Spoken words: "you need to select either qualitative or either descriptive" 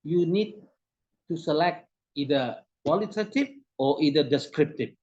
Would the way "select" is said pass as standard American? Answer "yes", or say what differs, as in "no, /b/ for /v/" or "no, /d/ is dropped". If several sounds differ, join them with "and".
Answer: yes